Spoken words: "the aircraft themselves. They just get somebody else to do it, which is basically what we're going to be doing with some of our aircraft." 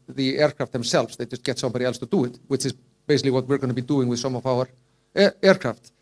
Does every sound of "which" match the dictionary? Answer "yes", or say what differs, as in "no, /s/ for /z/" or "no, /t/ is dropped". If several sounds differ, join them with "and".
yes